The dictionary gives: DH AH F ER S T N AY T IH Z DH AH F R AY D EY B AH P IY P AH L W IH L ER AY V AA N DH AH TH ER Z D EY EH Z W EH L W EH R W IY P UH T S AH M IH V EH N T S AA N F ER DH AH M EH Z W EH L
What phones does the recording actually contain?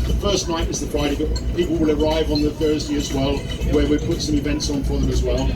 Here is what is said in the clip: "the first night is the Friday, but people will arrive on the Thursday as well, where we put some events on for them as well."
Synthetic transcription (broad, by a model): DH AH F ER S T N AY T IH Z DH AH F R AY D EY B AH P IY P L W IH L ER AY V N DH AH TH ER Z D EY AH Z W EH L W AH R W IY P UH T S AH M IH V EH N T S N F ER DH AH M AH Z W EH L